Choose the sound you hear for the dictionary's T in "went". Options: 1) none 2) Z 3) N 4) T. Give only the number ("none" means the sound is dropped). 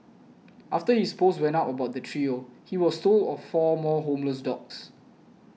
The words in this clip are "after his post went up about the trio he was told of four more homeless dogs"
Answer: 1